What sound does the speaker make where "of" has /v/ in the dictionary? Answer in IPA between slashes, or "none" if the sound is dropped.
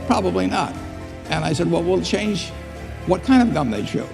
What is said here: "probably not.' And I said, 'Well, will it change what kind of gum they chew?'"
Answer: /v/